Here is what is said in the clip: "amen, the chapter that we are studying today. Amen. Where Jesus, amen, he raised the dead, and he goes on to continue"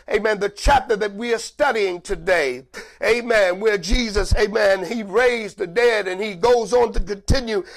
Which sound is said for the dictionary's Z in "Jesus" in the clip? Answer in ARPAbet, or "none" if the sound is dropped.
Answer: Z